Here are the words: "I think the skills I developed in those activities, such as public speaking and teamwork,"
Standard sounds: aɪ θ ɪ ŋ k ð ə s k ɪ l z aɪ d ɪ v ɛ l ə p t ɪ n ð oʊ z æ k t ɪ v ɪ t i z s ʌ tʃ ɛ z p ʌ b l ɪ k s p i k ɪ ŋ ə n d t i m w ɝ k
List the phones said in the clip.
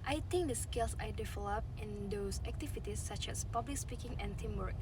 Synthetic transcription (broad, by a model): aɪ t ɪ ŋ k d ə s k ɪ l s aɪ d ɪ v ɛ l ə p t ɪ n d oʊ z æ k t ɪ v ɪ t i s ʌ tʃ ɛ s p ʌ b l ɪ k s p i k ɪ ŋ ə n t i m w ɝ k